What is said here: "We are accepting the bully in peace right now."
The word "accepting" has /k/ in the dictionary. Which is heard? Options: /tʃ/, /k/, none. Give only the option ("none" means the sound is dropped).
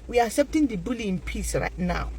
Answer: none